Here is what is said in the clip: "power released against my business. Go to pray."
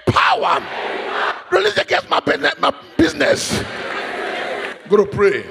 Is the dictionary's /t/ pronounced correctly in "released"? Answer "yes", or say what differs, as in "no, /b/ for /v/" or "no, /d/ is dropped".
no, /t/ is dropped